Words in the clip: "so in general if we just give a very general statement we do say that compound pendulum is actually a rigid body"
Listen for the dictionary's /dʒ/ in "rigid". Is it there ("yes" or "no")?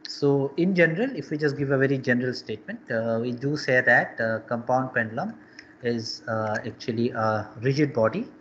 yes